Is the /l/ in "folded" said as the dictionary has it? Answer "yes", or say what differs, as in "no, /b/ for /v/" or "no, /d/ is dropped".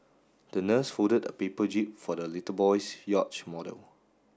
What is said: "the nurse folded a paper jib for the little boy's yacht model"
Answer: no, /l/ is dropped